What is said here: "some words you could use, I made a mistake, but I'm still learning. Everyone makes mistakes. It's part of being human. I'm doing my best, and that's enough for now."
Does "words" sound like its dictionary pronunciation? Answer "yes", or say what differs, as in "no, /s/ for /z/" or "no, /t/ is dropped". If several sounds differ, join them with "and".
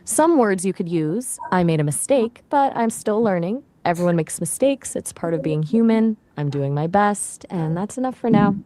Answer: yes